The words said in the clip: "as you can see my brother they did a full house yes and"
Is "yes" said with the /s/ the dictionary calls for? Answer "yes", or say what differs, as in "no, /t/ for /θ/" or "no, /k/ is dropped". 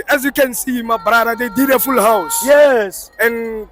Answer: yes